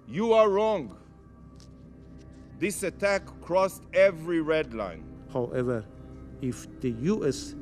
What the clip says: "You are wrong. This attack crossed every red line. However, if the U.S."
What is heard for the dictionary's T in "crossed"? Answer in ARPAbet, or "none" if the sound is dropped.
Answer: T